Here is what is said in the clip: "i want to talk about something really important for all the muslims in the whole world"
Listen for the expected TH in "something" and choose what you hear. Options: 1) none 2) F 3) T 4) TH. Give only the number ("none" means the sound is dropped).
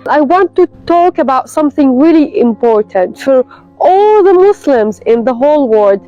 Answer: 4